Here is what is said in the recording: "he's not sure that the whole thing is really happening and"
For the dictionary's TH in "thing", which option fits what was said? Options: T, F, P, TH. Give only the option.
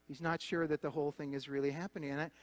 TH